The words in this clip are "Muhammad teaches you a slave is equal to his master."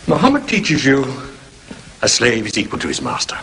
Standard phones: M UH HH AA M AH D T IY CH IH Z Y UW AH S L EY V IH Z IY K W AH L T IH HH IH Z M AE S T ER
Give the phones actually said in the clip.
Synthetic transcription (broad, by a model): M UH HH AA M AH D T IY CH IH Z Y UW AH S L EY V IH Z IY K W AH L T IH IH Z M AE S T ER